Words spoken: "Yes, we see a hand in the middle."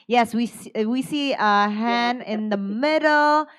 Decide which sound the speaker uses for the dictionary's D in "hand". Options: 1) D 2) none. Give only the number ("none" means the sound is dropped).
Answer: 2